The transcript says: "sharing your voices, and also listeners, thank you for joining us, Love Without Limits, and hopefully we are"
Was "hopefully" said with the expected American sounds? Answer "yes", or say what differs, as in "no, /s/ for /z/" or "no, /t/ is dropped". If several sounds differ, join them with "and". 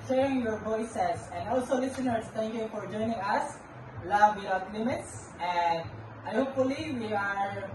yes